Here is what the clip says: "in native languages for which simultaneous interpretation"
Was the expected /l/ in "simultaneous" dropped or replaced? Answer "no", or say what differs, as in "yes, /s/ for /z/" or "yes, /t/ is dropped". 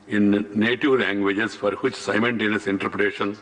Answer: yes, /n/ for /l/